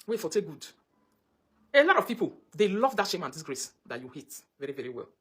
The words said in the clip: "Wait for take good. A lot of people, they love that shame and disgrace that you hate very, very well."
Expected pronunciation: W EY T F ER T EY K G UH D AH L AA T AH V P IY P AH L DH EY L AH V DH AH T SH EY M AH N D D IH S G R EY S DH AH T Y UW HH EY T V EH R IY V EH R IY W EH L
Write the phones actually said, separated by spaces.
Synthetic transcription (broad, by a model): W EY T F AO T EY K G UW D AH L AA T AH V P IY P AH L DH EY L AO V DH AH T SH EY M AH N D D IH S G R EY S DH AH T Y UW HH EY T V EH R IY V EH R IY W EH L